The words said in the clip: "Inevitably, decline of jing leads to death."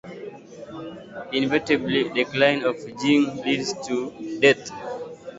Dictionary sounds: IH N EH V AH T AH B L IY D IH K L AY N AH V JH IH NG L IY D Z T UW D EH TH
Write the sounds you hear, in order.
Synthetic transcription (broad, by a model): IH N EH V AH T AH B L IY D IH K L AY N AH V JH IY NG L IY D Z T UW D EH T